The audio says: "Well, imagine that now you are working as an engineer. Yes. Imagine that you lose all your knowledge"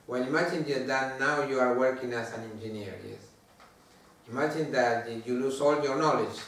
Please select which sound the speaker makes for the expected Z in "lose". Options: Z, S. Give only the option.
S